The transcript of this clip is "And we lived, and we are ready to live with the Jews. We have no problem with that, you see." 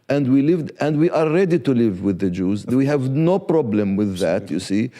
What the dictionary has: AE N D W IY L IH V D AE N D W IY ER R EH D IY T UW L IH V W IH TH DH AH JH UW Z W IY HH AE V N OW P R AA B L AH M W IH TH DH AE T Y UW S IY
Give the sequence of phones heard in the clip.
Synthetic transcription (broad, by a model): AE N D W IY L IH V D AE N D W IY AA R EH D IY T UW L IH V W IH DH AH JH UW Z W IY HH AE V N OW P R AA B L AH M W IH DH AE T Y UW S IY